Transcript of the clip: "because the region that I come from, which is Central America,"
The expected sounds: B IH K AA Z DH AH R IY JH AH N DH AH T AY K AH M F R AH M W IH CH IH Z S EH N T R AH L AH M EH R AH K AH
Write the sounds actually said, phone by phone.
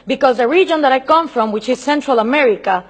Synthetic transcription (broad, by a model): B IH K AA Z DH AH R IY JH AH N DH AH T AY K AH M F R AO M W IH CH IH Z S EH N T R AH L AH M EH R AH K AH